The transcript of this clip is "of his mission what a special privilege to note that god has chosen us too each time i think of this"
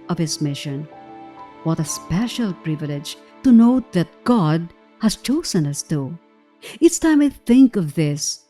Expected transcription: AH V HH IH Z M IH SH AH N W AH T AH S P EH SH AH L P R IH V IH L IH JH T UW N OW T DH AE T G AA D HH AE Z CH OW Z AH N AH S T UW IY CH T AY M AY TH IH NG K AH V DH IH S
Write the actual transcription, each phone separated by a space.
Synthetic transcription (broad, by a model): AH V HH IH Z M IH SH AH N W AH T AH S P EH SH AH L P R IH V IH L IH JH T UW N OW T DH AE T G AA D HH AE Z CH OW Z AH N AH S T UW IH S T AY M AY TH IH NG K AH V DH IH S